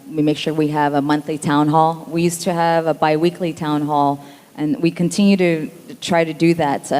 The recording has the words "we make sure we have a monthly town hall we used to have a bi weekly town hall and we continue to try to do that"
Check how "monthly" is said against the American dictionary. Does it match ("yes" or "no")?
yes